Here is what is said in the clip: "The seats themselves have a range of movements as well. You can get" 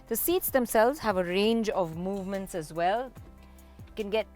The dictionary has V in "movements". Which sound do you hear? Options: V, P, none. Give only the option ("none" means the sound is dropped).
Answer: V